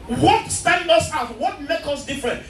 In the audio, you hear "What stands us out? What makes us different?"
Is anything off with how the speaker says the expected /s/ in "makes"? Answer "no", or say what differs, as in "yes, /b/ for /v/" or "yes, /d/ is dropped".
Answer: yes, /s/ is dropped